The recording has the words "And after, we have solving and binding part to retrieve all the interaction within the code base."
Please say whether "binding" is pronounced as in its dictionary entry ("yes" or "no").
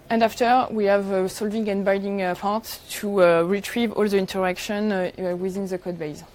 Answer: no